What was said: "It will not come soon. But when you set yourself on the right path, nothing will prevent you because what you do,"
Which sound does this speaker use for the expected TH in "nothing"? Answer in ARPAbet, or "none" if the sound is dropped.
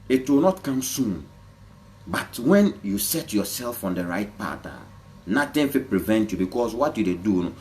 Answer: T